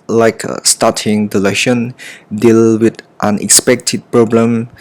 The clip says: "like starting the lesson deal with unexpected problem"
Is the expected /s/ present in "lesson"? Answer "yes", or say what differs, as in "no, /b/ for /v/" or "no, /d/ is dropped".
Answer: no, /ʃ/ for /s/